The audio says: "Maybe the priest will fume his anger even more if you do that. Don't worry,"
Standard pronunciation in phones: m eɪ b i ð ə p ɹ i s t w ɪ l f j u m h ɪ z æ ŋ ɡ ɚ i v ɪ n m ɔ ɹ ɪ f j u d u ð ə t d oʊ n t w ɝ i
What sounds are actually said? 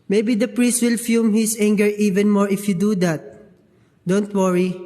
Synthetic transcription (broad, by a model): m eɪ b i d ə p ɹ i s t w ɪ l f j u m h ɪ s æ ŋ ɡ ɚ i v ɪ n m ɔ ɹ ɪ f j u d u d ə t d oʊ n t w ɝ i